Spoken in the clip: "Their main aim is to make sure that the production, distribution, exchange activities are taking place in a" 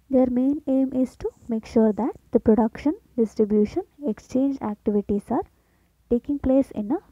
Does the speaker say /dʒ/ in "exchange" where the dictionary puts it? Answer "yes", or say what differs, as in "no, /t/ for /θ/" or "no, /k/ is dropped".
yes